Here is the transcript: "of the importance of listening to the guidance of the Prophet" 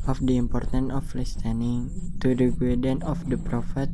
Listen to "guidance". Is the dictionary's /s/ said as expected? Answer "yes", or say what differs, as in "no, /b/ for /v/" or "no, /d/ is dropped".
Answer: no, /s/ is dropped